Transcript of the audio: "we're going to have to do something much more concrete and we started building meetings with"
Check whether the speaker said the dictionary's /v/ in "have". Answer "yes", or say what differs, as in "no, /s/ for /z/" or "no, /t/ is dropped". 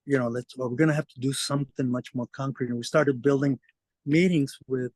no, /f/ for /v/